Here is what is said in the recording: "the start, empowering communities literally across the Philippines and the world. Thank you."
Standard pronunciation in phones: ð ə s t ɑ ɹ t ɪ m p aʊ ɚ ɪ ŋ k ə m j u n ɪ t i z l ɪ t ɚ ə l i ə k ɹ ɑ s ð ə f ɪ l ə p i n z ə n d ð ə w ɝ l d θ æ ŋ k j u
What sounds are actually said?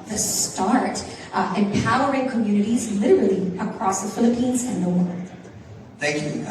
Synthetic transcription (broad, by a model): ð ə s t ɑ ɹ t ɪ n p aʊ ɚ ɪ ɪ k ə m j u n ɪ t i z l ɪ t ɚ l i ə k ɹ ɑ s ð ə f ɪ l ə p i n z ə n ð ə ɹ θ æ ŋ k j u